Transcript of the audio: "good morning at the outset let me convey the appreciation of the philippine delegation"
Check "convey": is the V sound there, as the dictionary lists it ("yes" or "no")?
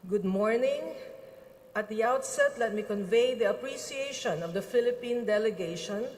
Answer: yes